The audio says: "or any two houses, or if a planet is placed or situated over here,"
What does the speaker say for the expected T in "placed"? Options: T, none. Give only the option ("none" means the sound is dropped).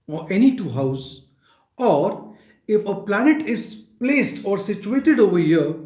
T